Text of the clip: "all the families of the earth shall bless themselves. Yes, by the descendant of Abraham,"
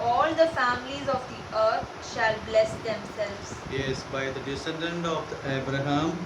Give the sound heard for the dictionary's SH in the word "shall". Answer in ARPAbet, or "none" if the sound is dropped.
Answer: SH